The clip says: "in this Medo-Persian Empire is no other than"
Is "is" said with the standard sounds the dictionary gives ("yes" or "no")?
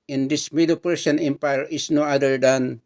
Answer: no